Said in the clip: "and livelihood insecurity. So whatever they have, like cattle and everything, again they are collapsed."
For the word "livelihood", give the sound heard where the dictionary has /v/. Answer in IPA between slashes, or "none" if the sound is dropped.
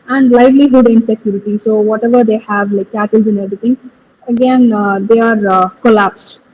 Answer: /v/